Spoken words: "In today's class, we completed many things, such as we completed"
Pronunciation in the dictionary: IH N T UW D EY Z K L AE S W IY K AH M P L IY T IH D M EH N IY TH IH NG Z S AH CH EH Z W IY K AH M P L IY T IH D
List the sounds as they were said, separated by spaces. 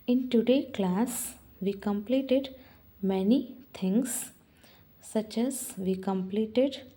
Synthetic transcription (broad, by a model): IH N T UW D EY K L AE S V IY K AH M P L IY T IH D M EH N IY T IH NG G S AH CH EH Z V IY K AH M P L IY T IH D